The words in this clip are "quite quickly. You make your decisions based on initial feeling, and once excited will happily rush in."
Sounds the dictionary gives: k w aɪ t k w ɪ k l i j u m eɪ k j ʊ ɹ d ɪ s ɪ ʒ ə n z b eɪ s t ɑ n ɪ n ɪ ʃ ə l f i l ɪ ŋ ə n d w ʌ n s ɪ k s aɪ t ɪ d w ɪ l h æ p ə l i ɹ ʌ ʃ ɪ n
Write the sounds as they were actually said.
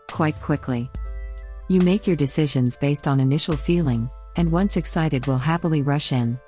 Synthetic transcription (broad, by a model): k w aɪ t k w ɪ k l i j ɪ m eɪ k j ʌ ɹ d ɪ s ɪ ʒ ə n z b eɪ s t n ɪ n ɪ ʃ l f i l ɪ ŋ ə n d w ʌ n s ɪ k s aɪ t ɪ d w ɪ l h æ p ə l i ɹ ʌ ʃ ɪ n